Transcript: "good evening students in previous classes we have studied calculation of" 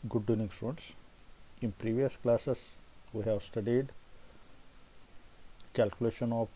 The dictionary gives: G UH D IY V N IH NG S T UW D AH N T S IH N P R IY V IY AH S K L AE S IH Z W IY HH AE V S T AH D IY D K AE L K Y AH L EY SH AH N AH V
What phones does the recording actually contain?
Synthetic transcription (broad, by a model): G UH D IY N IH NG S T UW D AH N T S IH N P R IY V IY AH S K L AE S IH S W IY HH AE V S T AH D IY D K AE L K Y AH L EY SH AH N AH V